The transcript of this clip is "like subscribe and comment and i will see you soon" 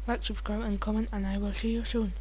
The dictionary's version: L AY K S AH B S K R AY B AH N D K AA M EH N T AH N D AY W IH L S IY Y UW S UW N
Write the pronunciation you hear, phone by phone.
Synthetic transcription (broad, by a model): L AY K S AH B S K R AY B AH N K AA M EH N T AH N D AY W IH L SH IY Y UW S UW N